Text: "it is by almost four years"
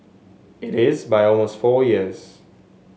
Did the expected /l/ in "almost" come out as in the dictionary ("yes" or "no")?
yes